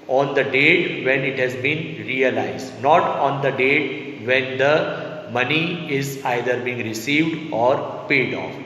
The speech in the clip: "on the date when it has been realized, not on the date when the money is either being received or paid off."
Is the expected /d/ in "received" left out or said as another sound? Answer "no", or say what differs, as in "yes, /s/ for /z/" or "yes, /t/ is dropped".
no